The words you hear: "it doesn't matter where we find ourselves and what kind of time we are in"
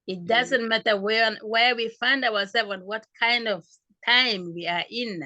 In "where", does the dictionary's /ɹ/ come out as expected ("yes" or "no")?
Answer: no